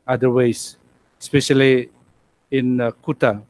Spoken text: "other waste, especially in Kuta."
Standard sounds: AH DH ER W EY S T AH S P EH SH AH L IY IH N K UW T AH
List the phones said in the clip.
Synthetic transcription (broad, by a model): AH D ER W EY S AH S P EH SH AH L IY IH N K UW T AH